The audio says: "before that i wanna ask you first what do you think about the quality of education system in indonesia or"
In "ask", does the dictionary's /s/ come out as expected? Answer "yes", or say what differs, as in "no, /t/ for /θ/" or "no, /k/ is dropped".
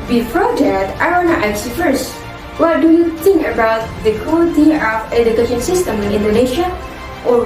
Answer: no, /s/ is dropped